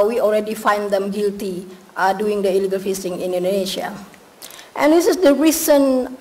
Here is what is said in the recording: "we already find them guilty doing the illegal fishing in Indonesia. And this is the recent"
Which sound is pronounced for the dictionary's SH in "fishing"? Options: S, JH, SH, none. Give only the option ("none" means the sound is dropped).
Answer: S